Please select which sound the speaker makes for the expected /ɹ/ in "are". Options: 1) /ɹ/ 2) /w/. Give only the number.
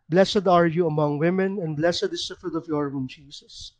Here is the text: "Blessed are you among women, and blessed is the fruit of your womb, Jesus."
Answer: 1